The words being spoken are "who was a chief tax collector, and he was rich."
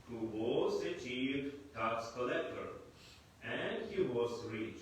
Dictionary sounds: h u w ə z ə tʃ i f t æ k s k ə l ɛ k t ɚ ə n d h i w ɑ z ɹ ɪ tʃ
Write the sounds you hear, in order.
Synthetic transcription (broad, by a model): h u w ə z ə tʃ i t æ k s k ə l ɛ k t ɚ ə n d h i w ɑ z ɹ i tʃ